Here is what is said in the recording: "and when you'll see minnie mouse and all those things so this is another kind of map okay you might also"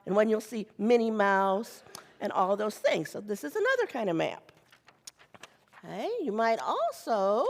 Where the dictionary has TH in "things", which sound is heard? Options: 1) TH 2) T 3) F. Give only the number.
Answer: 1